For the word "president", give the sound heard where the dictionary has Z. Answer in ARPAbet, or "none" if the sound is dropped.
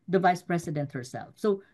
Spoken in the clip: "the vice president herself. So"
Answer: S